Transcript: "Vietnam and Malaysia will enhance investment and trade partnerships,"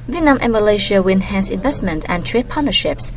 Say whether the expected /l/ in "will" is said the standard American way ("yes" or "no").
no